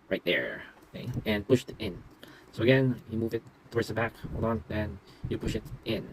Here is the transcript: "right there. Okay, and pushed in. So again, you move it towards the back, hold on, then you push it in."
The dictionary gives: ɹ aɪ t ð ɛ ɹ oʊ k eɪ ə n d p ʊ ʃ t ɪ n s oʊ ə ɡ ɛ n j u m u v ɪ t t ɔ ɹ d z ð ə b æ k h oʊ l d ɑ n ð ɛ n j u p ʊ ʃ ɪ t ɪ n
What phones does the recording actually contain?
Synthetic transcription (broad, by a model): ɹ aɪ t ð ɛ ɹ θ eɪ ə n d p ʊ ʃ t ɪ n s oʊ ə ɡ ɛ n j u m u v ɪ t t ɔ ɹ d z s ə b æ k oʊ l ɑ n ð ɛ n j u p ʊ ʃ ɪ t ɪ n